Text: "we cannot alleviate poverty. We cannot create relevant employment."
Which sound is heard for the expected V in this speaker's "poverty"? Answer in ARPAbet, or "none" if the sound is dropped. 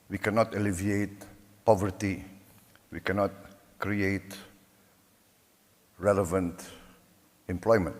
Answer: V